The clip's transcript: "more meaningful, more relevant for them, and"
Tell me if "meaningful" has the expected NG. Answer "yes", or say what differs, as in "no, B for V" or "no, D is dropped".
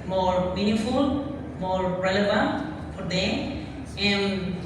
no, NG is dropped